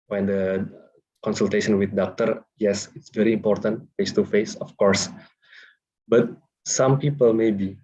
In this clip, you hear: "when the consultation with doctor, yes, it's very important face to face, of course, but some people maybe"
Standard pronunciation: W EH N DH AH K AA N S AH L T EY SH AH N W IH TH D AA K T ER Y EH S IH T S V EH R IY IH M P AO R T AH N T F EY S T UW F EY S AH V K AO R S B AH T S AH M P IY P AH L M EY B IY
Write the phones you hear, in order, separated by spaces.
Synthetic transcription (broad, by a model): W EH N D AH K AA N S AH L T EY SH AH N W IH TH D AA K T ER Y EH S IH T S V EH R IY M P AO R T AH N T F EY S T UW F EY S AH F K AO R S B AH T S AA M P IY P AH L M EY B IY